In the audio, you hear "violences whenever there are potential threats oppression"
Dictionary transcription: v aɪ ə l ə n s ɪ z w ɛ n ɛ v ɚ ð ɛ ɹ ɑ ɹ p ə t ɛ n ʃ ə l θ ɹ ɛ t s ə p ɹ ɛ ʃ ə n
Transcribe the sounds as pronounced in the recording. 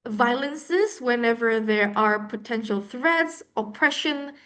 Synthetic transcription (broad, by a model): v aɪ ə l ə n s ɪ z w ɛ n ɛ v ɚ ð ɛ ɹ ɑ ɹ p ə t ɛ n ʃ ə l θ ɹ ɛ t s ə p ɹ ɛ ʃ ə n